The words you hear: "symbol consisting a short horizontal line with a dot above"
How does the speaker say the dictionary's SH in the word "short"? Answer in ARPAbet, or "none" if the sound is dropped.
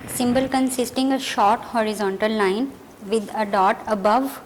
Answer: SH